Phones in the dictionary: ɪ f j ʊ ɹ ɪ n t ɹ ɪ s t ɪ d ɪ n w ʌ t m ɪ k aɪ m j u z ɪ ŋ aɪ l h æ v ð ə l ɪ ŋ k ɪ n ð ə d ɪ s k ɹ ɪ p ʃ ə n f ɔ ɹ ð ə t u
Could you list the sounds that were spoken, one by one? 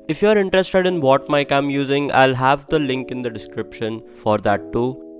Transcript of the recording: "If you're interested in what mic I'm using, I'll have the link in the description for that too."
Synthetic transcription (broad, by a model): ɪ f j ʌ ɹ ɪ n t ɹ ɪ s t ɪ d ɪ n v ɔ t m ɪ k aɪ m j u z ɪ ŋ aɪ l h æ v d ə l ɪ ŋ k ɪ n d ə d ɪ s k ɹ ɪ p ʃ ə n f ɔ ɹ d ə t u